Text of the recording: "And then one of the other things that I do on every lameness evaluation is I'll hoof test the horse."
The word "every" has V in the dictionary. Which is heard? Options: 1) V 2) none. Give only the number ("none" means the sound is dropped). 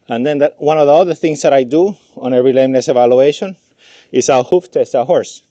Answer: 2